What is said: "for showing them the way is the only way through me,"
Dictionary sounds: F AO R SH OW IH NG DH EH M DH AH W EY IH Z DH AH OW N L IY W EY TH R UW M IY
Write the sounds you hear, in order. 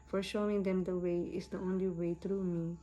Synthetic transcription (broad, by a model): F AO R SH OW IH NG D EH M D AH W EY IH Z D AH OW N L IY W EY T R UW M IY